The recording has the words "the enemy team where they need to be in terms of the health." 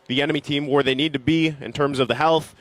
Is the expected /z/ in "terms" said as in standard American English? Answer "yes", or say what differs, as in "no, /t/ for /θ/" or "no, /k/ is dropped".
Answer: yes